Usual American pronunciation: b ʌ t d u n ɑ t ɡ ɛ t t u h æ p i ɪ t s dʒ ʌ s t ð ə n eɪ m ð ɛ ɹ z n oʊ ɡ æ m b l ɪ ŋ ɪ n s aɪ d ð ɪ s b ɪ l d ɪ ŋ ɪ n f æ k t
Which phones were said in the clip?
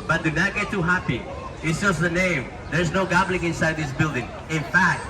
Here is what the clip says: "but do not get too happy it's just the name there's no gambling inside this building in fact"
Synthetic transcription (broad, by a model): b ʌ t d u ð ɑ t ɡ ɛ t t u h æ p i ɪ t s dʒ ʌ s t ð ə n eɪ m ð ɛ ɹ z n oʊ ɡ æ b l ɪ ŋ ɪ n s aɪ d ð ɪ s b ɪ l d ɪ ŋ ɪ n f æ k t